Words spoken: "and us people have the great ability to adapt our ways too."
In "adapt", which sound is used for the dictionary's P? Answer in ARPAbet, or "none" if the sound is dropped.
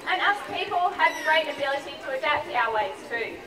P